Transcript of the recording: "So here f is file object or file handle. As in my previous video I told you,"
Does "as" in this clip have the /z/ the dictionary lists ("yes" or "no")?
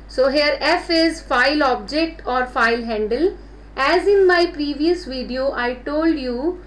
yes